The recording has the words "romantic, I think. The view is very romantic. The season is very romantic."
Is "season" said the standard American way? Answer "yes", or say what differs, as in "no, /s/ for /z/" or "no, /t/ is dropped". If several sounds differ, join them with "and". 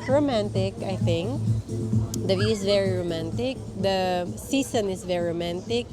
no, /s/ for /z/